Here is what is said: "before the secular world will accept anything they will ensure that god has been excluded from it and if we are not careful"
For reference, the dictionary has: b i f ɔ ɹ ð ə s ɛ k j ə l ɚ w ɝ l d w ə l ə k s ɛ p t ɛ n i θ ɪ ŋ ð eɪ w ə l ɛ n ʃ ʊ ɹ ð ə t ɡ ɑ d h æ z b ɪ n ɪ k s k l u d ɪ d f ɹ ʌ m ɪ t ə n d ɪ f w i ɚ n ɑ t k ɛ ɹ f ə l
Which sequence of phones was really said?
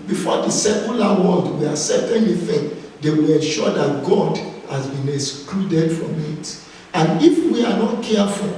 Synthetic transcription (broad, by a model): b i f ɔ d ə s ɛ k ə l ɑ w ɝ l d w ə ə s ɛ t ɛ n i f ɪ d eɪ w ə l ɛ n ʃ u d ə t ɡ ɑ d h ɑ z b ɪ n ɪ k s k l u d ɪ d f ɹ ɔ m ɪ t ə n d ɪ f w i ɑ n ɑ t k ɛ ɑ f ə